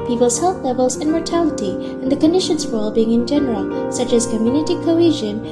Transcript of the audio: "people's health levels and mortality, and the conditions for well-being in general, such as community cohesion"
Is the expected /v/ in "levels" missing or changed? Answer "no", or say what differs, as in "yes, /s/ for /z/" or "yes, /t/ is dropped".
no